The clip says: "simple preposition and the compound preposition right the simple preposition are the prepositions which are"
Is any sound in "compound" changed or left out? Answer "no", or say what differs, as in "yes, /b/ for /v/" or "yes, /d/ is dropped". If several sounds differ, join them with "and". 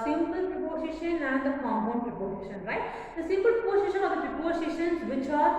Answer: yes, /p/ is dropped